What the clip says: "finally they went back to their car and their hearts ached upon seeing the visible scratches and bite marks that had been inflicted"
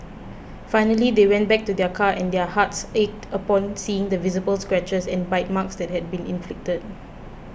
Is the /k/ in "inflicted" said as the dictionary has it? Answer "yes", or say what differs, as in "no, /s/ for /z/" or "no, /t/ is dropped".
yes